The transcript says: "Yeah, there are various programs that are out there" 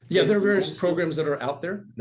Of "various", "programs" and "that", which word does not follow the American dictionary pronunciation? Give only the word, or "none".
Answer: none